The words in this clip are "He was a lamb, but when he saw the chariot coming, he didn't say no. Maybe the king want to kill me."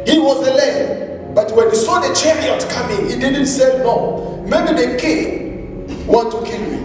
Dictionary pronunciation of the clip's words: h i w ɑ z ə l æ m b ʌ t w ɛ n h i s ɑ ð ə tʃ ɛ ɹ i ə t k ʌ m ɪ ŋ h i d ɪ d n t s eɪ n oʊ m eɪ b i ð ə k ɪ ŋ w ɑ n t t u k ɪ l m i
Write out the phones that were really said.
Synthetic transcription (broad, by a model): h i w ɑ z ə l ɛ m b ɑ t w ɛ n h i s ɑ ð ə tʃ ɛ ɹ i ə t k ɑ m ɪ ŋ h i d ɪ d n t s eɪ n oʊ m eɪ b i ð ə k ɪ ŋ w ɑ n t t u k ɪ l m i